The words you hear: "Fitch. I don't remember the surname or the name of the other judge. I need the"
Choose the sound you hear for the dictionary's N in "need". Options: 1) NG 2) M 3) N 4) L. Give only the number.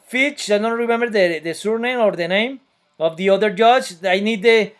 3